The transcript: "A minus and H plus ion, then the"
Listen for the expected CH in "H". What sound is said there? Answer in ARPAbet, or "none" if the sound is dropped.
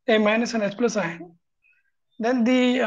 S